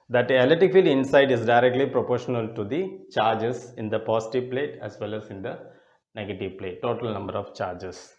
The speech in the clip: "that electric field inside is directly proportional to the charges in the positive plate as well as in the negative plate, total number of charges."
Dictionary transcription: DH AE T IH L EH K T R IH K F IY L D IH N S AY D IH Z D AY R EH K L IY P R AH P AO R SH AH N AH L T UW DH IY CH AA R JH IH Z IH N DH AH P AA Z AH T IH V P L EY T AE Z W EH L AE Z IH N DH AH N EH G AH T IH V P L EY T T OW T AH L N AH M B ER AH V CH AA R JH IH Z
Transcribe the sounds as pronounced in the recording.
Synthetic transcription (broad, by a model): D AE T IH L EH T IH K F IY L D IH N S AY D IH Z D AY R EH K L IY P R AH P AO R SH AH N AH L T UW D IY CH AA R JH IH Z IH N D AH P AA S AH T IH V P L EY T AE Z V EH L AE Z IH N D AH N EH G AH T IH V P L EY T T OW T AH L N AH M B ER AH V CH AA R JH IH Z